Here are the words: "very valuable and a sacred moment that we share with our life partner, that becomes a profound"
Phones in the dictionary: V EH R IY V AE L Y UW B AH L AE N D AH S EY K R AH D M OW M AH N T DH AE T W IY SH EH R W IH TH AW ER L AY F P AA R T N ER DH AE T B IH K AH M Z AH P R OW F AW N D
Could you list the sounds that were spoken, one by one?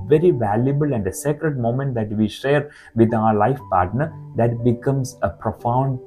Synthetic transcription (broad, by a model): V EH R IY V AE L Y UW B AH L AE N D AH S EY K R AH D M OW M AH N T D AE T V IY SH EH R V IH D AW ER L AY F P AA R T N ER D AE T B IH K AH M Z AH P R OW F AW N D